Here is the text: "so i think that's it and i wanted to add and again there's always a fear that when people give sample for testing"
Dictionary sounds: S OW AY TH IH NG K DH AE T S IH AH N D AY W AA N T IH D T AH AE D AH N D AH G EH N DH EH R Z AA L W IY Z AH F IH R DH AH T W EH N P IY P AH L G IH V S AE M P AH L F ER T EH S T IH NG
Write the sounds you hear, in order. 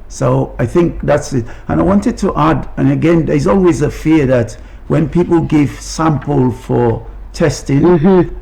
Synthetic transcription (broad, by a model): S OW AY TH IH NG K DH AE T S IH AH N AY W AA N T IH D T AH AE D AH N AH G EH N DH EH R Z AA L W IY Z AH F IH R DH AH T W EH N P IY P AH L G IH V S AE M P AH L F ER T EH S T IH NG